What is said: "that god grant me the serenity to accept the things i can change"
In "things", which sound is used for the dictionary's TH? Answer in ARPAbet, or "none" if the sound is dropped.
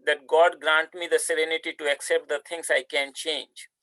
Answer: T